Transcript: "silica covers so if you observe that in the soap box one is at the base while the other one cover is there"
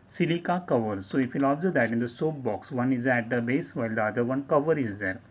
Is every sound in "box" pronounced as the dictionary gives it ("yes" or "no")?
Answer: yes